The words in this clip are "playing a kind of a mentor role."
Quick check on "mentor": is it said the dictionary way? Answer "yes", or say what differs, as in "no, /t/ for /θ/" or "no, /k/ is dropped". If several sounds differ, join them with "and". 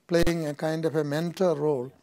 no, /l/ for /ɹ/